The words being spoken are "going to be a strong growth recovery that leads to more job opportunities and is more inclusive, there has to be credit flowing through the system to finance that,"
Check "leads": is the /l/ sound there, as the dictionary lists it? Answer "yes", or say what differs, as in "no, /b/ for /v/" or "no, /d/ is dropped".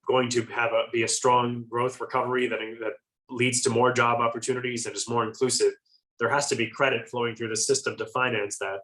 yes